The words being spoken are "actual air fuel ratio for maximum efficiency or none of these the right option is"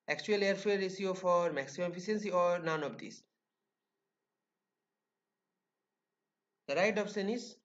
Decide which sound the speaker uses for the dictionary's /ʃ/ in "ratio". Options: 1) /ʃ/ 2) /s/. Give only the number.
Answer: 2